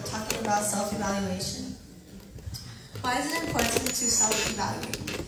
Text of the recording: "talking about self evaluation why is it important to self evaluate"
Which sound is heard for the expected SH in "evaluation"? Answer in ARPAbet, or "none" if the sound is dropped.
SH